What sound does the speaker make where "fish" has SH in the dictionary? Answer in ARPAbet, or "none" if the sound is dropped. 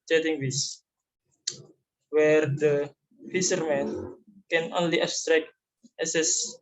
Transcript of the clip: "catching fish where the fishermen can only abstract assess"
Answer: S